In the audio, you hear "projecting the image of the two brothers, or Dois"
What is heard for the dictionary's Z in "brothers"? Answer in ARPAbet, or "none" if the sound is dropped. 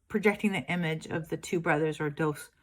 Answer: Z